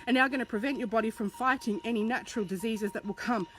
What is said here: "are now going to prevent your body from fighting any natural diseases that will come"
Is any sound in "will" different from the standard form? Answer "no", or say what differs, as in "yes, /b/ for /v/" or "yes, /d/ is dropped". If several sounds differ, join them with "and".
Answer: no